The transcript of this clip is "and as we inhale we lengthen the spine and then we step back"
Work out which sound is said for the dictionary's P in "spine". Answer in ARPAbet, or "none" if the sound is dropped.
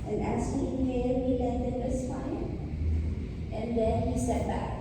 F